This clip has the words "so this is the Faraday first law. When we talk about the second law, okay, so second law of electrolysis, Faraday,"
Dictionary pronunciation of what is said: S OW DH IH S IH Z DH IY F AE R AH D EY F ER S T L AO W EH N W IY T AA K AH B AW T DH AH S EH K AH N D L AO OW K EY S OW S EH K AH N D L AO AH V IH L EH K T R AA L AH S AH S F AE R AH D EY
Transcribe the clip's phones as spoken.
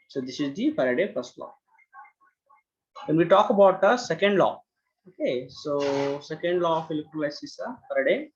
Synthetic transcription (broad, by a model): S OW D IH S IH Z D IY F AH R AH D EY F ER S T L AO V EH N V IY T AA K AH B AW T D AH S EH K AH N D L AO OW K EY S OW S EH K AH N D L AO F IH L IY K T L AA AH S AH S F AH R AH D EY